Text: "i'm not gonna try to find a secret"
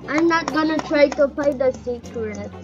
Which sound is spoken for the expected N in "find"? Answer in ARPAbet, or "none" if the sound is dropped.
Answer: none